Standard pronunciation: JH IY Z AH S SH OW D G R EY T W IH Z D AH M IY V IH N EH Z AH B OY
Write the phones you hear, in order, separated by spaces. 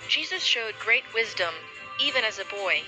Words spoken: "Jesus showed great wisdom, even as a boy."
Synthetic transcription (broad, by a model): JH IY Z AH S SH OW D G R EY T W IH Z D AH M IY V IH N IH Z AH B OY